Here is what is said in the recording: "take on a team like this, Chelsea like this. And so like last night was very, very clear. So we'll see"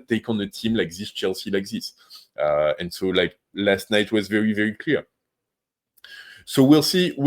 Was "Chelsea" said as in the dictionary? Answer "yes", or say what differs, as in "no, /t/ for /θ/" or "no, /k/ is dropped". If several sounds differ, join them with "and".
yes